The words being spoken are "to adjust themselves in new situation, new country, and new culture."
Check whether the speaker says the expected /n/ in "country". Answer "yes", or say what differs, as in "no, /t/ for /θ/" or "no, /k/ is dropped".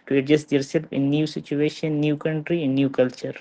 yes